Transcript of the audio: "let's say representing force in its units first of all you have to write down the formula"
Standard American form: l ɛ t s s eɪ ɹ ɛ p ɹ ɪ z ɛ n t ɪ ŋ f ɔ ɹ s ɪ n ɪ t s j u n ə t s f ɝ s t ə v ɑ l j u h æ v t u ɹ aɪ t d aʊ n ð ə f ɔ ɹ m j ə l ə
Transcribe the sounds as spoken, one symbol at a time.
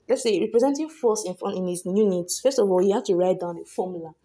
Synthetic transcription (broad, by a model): l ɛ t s s eɪ ɹ ɛ p ɹ ɪ z ɛ n t ɪ ŋ f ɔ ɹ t ɪ n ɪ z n j u n ə t s f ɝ s t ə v ɑ l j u h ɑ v t u ɹ aɪ t d aʊ n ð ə f ɔ m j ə l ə